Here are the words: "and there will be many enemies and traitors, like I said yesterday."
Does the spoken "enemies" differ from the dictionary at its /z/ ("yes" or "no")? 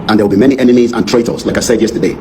no